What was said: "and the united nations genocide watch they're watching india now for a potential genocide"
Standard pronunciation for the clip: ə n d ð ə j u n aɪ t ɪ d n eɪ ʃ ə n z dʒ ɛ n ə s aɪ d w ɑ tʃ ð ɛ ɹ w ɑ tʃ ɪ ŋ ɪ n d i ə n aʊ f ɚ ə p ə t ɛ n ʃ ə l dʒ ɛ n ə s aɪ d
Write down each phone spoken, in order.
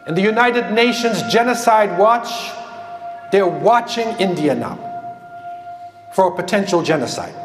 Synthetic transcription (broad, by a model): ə n ð ə j u n aɪ t ɪ d n eɪ ʃ ə n z dʒ ɛ n ə s aɪ d w ɑ tʃ ð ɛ ɹ w ɑ tʃ ɪ ŋ ɪ n d i ə n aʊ f ɚ ə p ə t ɛ n ʃ l dʒ ɛ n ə s aɪ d